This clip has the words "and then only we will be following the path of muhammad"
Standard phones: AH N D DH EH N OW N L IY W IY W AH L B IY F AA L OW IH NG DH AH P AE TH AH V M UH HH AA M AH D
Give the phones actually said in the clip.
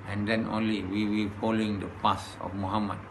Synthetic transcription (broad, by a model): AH N D EH N OW N L IY W IY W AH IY F AA L OW IH NG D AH P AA S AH F M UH HH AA M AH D